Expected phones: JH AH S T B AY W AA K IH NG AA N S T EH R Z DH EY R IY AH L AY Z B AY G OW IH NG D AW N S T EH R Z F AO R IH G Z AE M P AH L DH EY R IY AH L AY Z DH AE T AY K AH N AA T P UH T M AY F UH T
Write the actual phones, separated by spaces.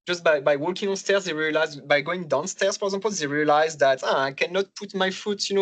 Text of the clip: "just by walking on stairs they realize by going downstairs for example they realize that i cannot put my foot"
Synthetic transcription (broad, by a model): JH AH S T B AY W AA K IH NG AA N S T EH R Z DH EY R IY AH L AY Z B AY G OW IH NG D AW N S T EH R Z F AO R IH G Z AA P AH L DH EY R IY AH L AY Z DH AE T AY K AH N AA T P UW T M AY F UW T